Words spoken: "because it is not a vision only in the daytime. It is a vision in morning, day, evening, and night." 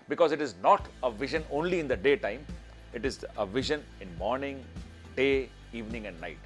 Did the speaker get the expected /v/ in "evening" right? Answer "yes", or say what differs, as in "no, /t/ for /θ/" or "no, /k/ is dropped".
yes